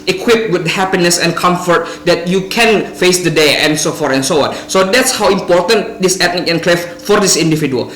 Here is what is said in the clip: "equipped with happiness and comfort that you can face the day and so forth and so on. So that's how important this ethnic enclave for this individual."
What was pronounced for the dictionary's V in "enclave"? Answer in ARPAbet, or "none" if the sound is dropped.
F